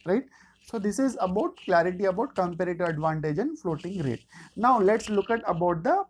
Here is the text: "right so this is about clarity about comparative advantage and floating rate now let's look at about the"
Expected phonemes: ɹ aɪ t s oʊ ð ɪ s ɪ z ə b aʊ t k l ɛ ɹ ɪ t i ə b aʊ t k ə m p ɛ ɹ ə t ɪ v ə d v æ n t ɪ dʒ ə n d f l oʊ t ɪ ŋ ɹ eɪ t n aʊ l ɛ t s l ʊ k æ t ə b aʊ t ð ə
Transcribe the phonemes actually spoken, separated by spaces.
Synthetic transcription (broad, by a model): ɹ aɪ t s oʊ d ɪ s ɪ z ə b aʊ t k l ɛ ɹ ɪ t i ə b aʊ t k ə m p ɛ ɹ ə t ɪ ə d v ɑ n t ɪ dʒ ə n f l oʊ t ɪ ŋ ɹ eɪ t n aʊ l ɛ t s l ʊ k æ t ə b aʊ t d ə